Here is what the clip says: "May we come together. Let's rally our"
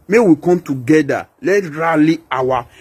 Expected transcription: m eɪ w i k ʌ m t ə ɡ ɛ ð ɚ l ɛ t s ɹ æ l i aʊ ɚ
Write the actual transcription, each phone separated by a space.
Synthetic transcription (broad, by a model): m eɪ w i k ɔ m t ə ɡ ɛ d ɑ l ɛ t ɹ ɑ l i aʊ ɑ